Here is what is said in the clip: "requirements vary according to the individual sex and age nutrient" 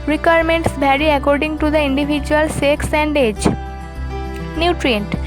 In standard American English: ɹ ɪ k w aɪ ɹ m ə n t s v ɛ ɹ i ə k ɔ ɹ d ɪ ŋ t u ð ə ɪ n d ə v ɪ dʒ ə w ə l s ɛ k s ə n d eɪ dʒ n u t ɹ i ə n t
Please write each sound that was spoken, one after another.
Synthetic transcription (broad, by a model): ɹ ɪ k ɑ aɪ ɹ m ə n t s b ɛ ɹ i ə k ɔ ɹ d ɪ ŋ t u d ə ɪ n d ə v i dʒ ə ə l s ɛ k s ə n d eɪ dʒ n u t ɹ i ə n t